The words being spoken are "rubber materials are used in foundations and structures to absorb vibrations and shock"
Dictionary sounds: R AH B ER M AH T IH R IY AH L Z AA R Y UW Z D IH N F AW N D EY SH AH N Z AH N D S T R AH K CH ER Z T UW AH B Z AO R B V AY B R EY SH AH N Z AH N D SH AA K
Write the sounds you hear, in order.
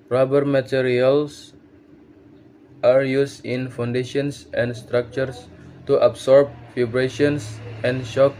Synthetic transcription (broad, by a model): R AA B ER M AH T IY R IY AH L S AA R Y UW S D IH N F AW N D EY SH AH N S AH N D S T R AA K CH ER S T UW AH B S AO R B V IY B R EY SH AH N S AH N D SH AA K